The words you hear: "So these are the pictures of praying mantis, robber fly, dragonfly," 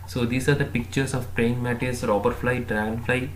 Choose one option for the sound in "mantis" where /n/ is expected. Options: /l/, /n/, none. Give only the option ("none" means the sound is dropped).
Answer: none